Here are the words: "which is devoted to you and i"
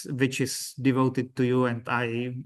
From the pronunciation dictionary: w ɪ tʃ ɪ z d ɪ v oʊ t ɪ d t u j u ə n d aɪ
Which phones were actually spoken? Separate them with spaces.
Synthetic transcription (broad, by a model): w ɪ tʃ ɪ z d ɪ v oʊ t ɪ d t u j u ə n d aɪ